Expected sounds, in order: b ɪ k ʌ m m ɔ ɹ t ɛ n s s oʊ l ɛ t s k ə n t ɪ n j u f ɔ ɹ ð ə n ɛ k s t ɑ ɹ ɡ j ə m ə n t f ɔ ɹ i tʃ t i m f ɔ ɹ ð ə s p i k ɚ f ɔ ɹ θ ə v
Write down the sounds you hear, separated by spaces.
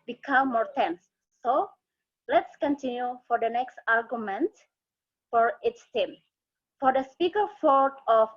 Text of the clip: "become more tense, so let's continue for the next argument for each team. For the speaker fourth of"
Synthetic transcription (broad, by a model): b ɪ k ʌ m m ɔ ɹ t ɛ n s s oʊ l ɛ t s k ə n t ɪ n j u f ɔ ɹ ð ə n ɛ k s t ɑ ɹ ɡ j ə m ə n t f ɔ ɹ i s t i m f ɔ ɹ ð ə s p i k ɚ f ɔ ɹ t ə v